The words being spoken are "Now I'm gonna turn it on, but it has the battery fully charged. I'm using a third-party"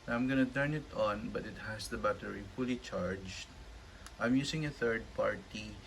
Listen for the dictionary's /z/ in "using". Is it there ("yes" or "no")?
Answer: no